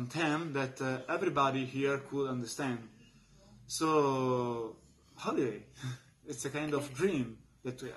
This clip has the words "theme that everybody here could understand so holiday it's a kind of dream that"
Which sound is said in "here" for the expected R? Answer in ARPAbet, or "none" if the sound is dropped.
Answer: R